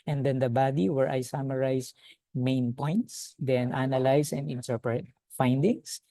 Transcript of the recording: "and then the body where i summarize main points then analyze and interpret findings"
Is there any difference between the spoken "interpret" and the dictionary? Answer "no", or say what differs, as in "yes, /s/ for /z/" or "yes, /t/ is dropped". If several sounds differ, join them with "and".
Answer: no